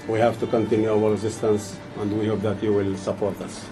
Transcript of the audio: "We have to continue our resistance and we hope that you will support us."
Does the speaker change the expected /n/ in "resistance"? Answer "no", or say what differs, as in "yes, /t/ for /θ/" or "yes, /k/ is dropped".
no